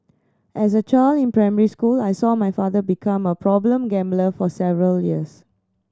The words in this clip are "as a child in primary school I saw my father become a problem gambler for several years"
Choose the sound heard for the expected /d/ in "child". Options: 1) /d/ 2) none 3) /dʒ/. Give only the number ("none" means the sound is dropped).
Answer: 2